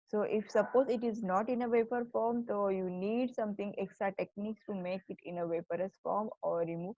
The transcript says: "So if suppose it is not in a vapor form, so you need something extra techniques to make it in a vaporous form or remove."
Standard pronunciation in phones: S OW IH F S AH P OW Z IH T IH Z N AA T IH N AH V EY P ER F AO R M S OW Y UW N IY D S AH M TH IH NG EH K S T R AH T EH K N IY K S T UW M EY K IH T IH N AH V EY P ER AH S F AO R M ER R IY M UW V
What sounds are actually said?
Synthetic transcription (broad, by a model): S OW IH F S AH P OW Z IH T IH Z N AA T IH N AH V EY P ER F AO R M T OW Y UW N IY D S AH M T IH NG EH K S T R AH T EH K N IY K S T UW M EY K IH T IH N AH V EY P ER AH S F AO R M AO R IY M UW